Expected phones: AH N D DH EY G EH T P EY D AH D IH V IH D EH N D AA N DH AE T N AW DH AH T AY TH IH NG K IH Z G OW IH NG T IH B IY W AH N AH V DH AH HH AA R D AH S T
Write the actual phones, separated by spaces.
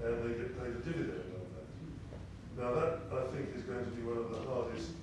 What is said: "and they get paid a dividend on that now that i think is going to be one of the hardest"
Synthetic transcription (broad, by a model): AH N DH EY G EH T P EY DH AH D IH V IH D EH N D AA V DH AE T N AW DH AH T AY TH IH NG K IH Z G OW IH NG T IH B IY W AH N AH V DH AH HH AA R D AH S T